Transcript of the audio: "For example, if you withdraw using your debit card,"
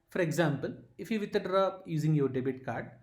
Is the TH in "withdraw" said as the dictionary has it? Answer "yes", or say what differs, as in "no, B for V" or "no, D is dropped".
no, T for TH